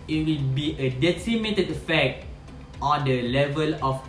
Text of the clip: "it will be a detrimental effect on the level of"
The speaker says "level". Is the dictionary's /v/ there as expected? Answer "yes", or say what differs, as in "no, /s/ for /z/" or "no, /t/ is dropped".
yes